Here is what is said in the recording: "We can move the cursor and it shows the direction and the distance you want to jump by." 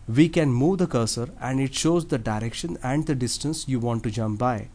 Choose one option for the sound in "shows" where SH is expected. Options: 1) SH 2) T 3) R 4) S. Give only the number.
1